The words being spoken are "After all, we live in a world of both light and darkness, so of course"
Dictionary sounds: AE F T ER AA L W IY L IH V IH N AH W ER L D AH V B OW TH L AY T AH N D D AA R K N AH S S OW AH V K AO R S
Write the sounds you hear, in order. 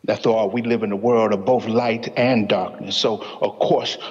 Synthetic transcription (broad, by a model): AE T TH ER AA W IY L IH V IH N AH W ER L D AH V B OW TH L AY T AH N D D AA R K N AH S S OW AH V K AO R S